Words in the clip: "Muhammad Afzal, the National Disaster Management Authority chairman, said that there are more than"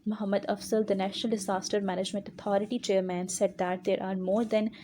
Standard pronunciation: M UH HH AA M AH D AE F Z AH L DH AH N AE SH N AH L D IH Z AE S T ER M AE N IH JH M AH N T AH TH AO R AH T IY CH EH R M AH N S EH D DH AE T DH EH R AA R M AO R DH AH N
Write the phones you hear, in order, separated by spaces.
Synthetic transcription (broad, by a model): M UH HH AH M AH D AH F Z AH L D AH N AE SH N AH L D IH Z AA S T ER M AE N IH JH M AH N T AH T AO R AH T IY CH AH R M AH N S EH D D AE T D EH R AA R M AO R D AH N